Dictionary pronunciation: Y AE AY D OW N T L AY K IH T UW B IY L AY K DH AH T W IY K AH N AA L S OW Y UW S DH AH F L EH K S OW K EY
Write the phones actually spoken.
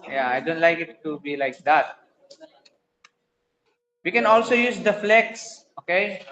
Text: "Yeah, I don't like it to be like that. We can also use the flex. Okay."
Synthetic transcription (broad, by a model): Y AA AY D OW N T L AY K IH T UW B IY L AY K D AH T W IY K AH N AA L S OW Y UW S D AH F L EH K S OW K EY